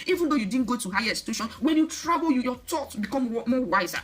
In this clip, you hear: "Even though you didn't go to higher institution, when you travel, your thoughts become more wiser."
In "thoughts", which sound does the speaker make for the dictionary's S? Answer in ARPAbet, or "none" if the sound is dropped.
none